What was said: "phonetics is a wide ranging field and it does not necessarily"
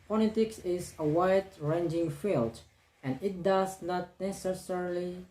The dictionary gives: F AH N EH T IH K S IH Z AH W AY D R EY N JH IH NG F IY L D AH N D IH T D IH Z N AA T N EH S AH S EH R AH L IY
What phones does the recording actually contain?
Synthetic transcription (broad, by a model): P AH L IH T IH K S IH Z AH W AY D R EY N JH IH NG F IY L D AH N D IH T D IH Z N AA T N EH S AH S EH R L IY